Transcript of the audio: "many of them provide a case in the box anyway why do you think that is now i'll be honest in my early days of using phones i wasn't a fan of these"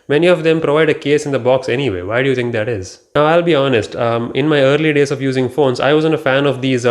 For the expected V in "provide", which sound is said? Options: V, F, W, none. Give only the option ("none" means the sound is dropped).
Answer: V